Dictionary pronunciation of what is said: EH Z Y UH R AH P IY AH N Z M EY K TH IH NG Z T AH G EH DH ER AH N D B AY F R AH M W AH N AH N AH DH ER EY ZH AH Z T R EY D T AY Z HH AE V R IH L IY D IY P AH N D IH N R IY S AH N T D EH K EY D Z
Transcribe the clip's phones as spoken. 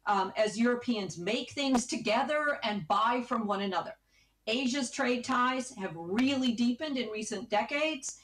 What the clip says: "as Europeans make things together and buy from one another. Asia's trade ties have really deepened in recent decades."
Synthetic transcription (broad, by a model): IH Z Y UH R AH P IY AH N Z M EY K TH IH NG Z T AH G EH DH ER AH N B AY F R AH M W AH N AH N AH DH ER EY ZH AH Z T R EY D T AY Z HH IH V R IH L IY D IY P AH N D IH N R IY S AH N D EH K EY D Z